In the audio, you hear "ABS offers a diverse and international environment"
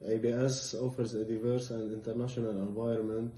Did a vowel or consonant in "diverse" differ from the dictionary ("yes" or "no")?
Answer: no